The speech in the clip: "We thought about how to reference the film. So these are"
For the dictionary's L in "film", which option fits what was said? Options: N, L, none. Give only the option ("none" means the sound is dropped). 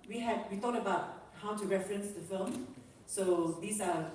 L